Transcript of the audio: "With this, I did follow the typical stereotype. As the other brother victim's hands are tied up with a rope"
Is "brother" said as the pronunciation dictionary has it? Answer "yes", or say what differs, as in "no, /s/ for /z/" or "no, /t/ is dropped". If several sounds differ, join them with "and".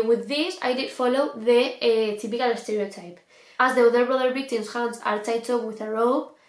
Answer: yes